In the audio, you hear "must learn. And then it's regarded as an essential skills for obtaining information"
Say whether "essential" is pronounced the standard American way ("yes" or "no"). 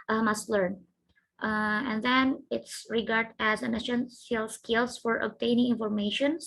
no